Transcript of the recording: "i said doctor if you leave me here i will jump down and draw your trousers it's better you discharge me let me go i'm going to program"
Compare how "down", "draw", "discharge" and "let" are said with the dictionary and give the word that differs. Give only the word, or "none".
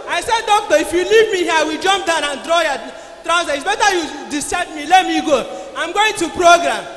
discharge